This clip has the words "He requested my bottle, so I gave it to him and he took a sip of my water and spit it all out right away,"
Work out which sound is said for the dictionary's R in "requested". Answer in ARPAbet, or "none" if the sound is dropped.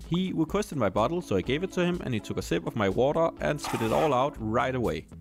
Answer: W